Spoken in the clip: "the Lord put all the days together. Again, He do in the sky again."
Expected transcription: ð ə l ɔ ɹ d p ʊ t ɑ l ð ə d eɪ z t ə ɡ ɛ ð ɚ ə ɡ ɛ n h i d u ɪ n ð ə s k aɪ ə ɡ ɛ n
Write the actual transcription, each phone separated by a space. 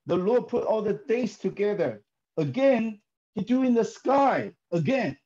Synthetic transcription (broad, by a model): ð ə l ɔ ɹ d p ʊ t ɑ l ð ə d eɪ s t ə ɡ ɛ ð ɚ ə ɡ ɛ n h i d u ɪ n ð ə s k aɪ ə ɡ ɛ n